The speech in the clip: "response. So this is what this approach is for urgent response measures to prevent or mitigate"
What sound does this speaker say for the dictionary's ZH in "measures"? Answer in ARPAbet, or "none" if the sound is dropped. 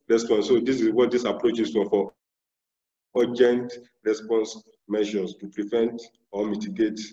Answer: SH